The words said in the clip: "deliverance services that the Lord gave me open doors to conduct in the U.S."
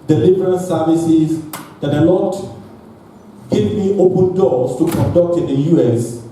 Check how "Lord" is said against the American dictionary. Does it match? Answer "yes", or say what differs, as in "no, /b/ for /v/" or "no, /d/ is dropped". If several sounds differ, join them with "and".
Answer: no, /n/ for /l/